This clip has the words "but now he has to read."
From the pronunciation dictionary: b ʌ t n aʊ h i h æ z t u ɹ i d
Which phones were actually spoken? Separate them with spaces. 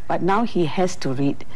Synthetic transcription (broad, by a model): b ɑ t n aʊ h i h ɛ s t u ɹ i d